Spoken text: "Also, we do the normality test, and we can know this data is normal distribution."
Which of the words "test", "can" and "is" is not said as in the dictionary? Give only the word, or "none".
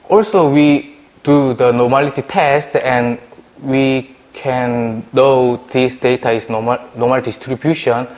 is